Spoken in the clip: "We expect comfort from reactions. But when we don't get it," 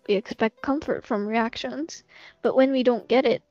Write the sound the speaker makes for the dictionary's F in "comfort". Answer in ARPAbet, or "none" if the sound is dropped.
F